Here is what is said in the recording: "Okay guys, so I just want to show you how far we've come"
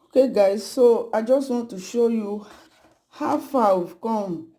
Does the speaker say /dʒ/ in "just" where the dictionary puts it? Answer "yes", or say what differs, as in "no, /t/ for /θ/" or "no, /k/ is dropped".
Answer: yes